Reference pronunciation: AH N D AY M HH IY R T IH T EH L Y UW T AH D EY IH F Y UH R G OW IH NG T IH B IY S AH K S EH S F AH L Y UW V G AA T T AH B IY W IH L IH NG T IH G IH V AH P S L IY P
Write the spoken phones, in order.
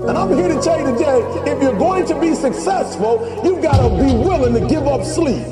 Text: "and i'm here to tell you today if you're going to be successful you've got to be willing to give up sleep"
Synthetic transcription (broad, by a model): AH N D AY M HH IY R T IH T EH L Y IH T AH D EY IH F Y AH R G OW IH NG T IH B IY S AH K S EH S F AH L Y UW V G AA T T AH B IY W IH L IH NG T IH G IH V AH P S L IY P